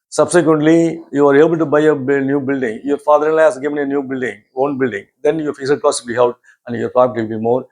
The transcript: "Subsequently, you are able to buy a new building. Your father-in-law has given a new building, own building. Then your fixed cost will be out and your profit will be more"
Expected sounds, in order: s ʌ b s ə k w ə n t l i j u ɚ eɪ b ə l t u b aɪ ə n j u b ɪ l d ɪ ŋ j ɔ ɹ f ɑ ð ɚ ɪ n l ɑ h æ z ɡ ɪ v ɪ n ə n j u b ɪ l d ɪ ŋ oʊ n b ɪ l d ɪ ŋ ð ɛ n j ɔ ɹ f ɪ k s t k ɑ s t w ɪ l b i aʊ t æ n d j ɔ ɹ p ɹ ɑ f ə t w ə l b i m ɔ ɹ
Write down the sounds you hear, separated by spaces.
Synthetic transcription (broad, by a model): s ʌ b s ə k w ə n t l i j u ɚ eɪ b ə l t u b aɪ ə n j u b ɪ l d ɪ ŋ j ɔ ɹ f ɑ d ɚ ɪ n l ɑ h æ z ɡ ɪ v ɪ n ə n j u b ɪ l d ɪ ŋ oʊ n b ɪ l d ɪ ŋ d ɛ n j ɔ ɹ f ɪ s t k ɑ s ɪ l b i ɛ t æ n d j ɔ ɹ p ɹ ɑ p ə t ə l b i m ɔ ɹ